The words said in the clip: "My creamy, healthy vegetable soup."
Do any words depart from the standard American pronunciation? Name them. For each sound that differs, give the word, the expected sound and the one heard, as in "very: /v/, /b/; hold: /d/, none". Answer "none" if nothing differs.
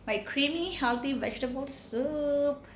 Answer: healthy: /θ/, /t/